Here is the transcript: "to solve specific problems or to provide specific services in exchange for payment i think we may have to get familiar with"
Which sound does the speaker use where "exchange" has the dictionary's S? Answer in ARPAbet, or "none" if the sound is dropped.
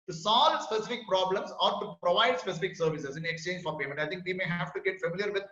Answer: S